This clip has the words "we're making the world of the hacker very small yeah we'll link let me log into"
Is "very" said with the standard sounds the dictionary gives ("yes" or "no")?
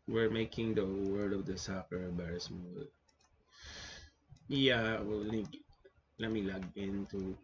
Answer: no